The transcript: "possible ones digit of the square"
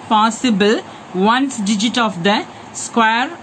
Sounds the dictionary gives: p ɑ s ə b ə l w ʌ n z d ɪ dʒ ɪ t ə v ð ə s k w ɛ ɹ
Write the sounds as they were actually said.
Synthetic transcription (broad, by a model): p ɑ s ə b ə l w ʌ n s d ɪ dʒ ɪ t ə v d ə s k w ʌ ɹ